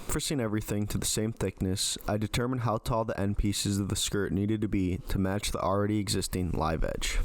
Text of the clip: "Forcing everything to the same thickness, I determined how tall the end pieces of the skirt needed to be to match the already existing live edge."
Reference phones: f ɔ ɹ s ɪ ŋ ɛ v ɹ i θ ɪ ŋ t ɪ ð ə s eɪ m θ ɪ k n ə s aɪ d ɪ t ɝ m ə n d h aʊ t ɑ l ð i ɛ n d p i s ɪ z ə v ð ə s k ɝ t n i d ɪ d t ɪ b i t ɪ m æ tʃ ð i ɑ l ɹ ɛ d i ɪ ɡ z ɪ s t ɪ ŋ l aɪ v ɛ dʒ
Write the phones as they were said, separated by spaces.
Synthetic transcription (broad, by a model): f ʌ ɹ s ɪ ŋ ɛ v ɹ i θ ɪ ŋ t ɪ ð ə s eɪ m θ ɪ k n ə s aɪ d ɪ t ɝ m ə n d h aʊ t ɑ l ð i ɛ n p i s ɪ z ə v ð ə s k ɝ t n i d ɪ d t ɪ b i t ɪ m æ tʃ ð i l ɹ ɛ d i ɪ ɡ z ɪ s t ɪ ŋ l aɪ v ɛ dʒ